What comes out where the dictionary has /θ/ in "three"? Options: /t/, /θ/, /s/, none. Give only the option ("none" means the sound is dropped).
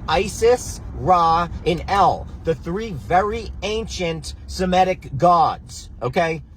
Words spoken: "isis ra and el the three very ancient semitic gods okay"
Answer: /θ/